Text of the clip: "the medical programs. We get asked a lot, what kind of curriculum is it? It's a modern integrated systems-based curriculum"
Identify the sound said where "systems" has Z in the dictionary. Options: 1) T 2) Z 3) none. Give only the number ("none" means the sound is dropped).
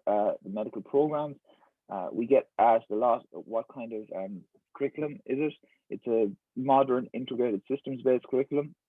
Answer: 2